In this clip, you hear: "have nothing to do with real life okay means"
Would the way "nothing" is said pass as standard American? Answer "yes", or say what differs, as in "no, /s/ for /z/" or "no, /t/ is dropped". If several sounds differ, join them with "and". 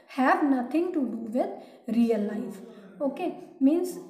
no, /t/ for /θ/